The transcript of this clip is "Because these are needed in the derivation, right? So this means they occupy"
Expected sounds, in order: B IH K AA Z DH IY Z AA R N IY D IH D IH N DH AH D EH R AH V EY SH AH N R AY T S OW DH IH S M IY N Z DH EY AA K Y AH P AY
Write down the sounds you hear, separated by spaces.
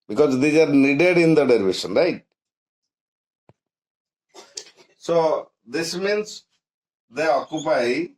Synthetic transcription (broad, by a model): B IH K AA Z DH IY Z AA R N IY D IH D IH N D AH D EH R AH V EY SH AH N R AY T S OW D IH S M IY N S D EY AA K Y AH P AY